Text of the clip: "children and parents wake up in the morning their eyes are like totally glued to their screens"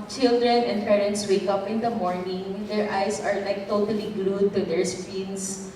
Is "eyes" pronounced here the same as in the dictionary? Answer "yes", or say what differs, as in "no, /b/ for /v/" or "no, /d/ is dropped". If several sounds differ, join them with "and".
no, /s/ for /z/